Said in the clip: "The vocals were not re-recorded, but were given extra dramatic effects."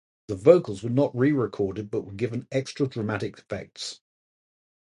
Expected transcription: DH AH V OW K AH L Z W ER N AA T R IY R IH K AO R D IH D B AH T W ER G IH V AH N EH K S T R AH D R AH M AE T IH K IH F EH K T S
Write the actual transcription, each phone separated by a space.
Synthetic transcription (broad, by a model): DH AH V OW K AH L Z W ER N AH T R IY R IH K AO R D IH D B AH T W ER G IH V AH N EH K S T R AH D R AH M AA T IH K IH F EH K T S